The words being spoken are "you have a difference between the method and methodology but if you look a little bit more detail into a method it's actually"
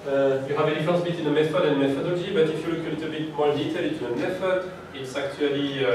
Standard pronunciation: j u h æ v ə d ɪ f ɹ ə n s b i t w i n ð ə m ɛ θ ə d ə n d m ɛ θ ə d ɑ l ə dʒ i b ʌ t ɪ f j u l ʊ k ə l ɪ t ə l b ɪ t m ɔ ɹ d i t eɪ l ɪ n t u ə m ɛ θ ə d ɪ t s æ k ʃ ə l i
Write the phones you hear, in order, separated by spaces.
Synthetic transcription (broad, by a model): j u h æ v ə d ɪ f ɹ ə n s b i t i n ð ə m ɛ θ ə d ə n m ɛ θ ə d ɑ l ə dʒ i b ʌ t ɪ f j u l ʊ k ə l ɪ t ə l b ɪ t m ɔ ɹ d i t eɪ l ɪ t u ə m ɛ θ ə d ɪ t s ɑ k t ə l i